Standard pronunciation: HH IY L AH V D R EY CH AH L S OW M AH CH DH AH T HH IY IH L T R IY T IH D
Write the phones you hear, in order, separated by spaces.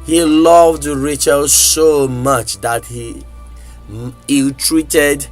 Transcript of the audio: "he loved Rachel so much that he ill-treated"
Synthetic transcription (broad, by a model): HH IY L AH V D R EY CH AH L S OW M AH CH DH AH T HH IY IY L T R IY T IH D